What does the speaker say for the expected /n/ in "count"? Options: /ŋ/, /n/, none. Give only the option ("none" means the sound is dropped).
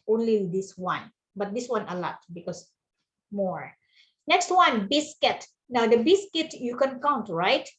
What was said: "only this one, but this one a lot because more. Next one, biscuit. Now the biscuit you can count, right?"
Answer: /n/